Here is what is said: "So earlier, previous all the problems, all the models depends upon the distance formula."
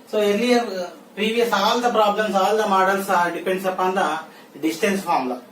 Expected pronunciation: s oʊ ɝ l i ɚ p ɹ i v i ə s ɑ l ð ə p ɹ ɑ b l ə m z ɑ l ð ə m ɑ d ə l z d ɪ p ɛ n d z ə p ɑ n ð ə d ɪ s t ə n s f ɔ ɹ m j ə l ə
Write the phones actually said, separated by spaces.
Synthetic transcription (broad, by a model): s oʊ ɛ n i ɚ p ɹ i v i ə s ɑ l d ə p ɹ ɑ b l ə m s ɑ l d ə m ɑ d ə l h d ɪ p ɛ n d s ə p ɑ n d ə d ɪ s t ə n s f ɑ ɹ m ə l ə